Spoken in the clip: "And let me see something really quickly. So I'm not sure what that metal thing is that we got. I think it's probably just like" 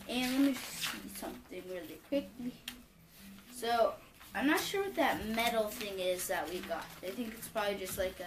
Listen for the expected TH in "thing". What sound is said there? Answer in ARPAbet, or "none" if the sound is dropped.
TH